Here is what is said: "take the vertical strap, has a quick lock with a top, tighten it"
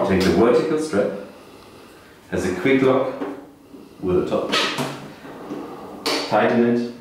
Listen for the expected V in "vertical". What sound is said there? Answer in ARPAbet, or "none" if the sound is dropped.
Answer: W